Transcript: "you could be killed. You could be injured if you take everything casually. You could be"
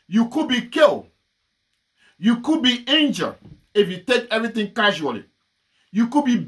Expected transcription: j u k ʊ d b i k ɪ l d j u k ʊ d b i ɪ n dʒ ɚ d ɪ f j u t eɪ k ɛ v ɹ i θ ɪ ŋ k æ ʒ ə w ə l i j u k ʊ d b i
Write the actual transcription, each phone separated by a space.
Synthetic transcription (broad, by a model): j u k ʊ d b i k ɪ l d j u k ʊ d b i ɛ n dʒ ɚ ɪ f j u t eɪ k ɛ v ɹ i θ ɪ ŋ k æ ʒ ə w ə l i j u k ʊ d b i